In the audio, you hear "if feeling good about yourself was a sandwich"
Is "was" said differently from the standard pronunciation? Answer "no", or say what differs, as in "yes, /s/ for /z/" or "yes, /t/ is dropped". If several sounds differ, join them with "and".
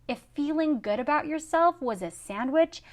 no